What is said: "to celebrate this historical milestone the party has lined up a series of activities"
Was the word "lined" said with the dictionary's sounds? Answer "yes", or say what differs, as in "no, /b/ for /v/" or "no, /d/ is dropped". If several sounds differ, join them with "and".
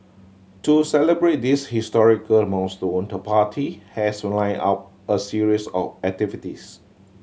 no, /d/ is dropped